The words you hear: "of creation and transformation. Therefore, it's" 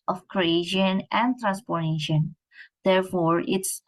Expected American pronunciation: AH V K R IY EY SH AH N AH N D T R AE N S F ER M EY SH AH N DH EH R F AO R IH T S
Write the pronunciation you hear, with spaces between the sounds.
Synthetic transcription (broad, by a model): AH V K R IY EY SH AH N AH N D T R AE N S P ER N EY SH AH N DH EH R F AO R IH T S